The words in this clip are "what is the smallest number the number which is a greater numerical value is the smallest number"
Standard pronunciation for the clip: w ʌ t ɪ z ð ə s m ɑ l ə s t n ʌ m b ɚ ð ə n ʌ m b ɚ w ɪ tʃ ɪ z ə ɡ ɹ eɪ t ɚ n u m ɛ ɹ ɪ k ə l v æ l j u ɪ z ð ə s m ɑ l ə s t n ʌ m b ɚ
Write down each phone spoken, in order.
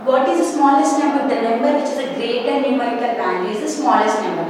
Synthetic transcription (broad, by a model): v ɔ t ɪ z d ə s m ɑ l ə s t n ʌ m b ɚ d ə n ʌ m b ɚ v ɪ tʃ ɪ z ə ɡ ɹ eɪ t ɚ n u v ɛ ɪ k ə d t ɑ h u ɪ z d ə s m ɑ l ə s t n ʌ m b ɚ